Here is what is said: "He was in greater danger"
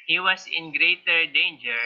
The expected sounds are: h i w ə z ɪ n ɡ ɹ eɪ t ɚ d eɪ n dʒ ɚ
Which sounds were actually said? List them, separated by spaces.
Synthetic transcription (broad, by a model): h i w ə s ɪ n ɡ ɹ eɪ t ɚ d eɪ n dʒ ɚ